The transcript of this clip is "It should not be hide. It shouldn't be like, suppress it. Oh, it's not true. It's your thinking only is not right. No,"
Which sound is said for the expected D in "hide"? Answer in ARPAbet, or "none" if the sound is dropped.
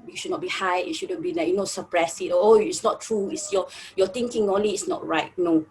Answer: none